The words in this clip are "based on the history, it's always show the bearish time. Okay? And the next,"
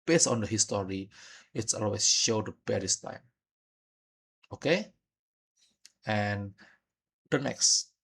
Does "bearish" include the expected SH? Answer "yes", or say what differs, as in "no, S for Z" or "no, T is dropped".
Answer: no, S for SH